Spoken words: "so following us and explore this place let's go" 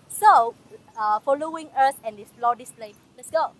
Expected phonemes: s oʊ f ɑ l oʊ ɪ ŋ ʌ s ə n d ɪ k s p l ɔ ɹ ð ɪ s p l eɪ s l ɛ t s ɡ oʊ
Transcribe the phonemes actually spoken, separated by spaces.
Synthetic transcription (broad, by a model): s oʊ f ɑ l oʊ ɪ ŋ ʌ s ə n d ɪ s f l ɔ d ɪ s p l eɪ l ɛ t s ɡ oʊ